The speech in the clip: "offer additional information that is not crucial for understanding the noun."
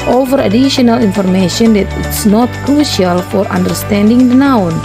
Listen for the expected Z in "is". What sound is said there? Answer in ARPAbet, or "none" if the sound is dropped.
S